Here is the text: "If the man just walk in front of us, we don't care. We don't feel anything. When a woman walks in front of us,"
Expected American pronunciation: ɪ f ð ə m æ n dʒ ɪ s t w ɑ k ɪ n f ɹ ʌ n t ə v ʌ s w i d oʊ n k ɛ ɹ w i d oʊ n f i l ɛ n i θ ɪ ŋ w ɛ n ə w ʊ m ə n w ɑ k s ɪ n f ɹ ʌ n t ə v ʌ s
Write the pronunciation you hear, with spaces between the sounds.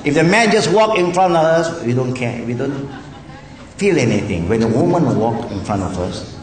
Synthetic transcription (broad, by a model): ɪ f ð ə m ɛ n dʒ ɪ s w ɑ k ɪ n f ɹ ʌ n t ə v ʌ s w i d oʊ n k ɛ w i d oʊ n f i l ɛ n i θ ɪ ŋ w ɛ n ə w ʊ m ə n w ɑ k ɪ n f ɹ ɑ n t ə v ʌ s